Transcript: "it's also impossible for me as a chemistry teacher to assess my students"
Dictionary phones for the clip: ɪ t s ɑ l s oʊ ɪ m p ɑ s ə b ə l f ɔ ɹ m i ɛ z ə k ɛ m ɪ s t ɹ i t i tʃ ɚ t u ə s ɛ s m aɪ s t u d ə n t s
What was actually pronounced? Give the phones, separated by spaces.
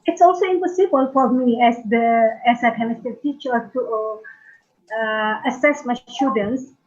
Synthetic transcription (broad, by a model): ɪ t s ɑ l s oʊ ɪ m p ɑ s ə b ə l f ɔ ɹ m i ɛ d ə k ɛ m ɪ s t i t i tʃ ɚ t u ə s ɛ s m aɪ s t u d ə n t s